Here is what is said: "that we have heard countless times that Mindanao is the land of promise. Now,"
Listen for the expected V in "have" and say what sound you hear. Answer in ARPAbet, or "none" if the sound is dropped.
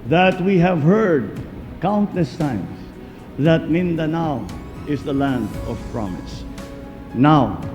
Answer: V